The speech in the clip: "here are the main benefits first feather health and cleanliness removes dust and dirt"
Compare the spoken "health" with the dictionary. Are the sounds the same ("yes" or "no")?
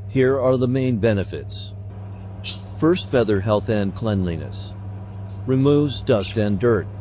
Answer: yes